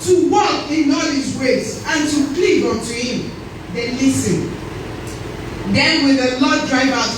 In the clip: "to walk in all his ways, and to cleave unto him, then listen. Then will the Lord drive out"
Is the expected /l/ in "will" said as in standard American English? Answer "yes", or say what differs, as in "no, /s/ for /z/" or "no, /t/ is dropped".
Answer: no, /n/ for /l/